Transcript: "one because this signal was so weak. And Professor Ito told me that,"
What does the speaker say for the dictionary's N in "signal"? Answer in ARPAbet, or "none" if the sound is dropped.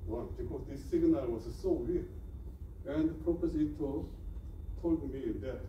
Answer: N